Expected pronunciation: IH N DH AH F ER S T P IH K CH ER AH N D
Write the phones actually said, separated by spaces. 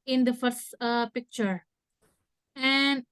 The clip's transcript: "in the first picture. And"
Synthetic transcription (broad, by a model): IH N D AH F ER S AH P IH K CH ER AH N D